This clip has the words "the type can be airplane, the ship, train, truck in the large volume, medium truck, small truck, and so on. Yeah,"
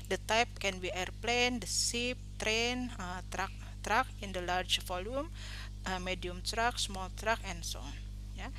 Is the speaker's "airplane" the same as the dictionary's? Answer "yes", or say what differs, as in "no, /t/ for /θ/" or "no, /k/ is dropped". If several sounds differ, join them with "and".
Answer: yes